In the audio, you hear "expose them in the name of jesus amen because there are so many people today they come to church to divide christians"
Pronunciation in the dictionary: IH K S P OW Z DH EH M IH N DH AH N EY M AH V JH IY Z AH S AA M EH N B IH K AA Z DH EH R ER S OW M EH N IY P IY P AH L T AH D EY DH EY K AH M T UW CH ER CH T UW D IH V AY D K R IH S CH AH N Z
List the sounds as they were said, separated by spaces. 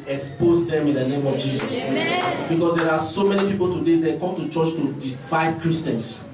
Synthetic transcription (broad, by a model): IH K S P OW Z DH EH M IH N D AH N EY M AH V JH IY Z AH S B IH K AA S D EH R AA S OW M EH N IY P IY P AH L T AH D EY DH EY K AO M T UW CH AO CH T UW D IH F AY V K R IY S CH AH N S